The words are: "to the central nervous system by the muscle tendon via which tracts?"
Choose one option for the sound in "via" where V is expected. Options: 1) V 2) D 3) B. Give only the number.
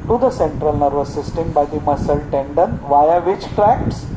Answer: 1